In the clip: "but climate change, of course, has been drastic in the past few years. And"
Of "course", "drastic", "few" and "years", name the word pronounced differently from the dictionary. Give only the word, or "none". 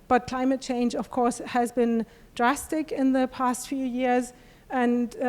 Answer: none